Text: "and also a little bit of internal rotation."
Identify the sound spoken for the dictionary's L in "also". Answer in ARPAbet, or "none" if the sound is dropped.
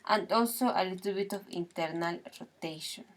none